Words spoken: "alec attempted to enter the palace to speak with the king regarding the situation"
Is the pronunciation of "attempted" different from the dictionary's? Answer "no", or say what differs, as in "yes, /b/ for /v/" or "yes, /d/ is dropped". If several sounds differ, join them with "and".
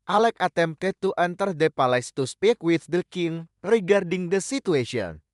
yes, /p/ is dropped